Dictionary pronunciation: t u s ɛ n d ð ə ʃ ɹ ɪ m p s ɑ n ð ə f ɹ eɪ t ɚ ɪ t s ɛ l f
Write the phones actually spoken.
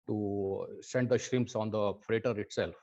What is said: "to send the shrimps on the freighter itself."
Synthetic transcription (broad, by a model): t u s ɛ n d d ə ʃ ɹ ɪ m p s ɑ n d ə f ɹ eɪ t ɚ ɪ t s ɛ l f